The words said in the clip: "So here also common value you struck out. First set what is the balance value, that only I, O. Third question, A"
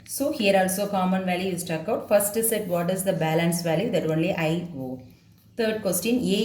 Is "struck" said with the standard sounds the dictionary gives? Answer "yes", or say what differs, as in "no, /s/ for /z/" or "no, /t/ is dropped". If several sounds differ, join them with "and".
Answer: no, /ɹ/ is dropped